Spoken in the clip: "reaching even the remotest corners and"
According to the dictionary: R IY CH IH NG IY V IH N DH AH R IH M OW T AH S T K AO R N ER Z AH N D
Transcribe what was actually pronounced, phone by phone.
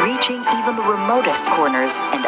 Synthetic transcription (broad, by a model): R IY CH IH NG IY V IH N DH AH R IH M OW T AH S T K AO R N ER Z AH N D